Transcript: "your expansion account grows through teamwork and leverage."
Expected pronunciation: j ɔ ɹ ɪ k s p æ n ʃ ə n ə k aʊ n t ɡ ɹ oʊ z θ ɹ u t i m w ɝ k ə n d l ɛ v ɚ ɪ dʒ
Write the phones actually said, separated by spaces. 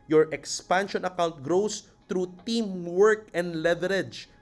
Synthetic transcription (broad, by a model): j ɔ ɹ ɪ k s p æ n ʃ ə n ə k aʊ n t ɡ ɹ oʊ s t ɹ u t i m w ɝ k ə n d l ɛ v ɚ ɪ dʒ